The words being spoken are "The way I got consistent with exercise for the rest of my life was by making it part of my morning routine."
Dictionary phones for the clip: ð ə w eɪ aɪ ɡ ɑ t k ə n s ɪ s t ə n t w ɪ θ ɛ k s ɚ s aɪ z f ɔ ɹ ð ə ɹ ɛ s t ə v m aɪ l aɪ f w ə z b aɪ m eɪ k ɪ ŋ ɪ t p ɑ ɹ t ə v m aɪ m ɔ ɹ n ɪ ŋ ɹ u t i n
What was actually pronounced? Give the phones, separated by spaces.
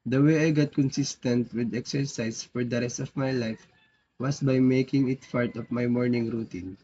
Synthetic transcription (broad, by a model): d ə w eɪ aɪ ɡ ɑ t k ə n s ɪ s t ə n t w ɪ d ɛ k s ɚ s aɪ s f ɔ ɹ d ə ɹ ɛ s t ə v m aɪ l aɪ f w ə s b aɪ m eɪ k ɪ ŋ ɪ t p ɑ ɹ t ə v m aɪ m ɔ ɹ n ɪ ŋ ɹ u t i n